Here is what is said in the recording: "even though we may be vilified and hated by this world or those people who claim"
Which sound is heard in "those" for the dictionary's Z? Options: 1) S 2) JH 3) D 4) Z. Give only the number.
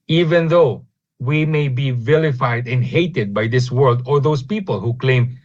1